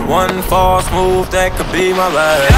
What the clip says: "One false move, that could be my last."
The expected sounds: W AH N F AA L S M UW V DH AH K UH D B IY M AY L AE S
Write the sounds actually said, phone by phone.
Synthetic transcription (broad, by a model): W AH N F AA S M UW V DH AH K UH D B IY M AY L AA